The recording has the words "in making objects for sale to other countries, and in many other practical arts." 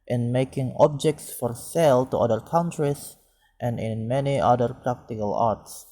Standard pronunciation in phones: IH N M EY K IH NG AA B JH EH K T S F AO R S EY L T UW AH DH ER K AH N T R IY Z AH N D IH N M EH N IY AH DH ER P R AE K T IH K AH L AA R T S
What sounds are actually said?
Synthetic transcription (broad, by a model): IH N M EY K IH NG AA B JH EH K T S F AO R S EY L T UW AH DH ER K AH N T R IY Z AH N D IH N M EH N IY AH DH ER P R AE K T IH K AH L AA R T S